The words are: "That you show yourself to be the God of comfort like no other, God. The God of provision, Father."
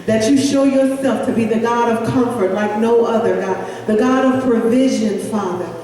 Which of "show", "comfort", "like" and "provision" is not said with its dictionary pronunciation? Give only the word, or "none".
none